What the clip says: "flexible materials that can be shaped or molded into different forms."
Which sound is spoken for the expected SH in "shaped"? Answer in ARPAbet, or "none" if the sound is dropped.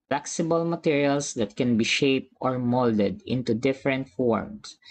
SH